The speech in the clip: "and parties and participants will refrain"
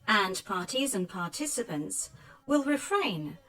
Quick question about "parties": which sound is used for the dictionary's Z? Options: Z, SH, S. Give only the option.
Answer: Z